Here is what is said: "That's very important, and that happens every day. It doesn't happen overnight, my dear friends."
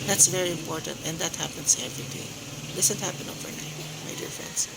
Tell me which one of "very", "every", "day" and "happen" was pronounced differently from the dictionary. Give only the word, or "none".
none